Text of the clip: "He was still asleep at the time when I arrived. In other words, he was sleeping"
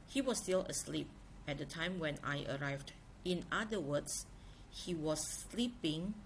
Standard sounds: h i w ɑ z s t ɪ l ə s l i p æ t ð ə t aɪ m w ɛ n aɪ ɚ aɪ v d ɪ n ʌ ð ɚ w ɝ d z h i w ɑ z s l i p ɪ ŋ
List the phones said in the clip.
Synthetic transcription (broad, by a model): h i w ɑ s t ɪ l ə s l i p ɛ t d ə t aɪ m w ɛ n aɪ ɚ aɪ v d ɪ n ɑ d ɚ w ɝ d s h i w ɑ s l i p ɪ ŋ